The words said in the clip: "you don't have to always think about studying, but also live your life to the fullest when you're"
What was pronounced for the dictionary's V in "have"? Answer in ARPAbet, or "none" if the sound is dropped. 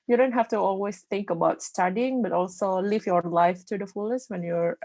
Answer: F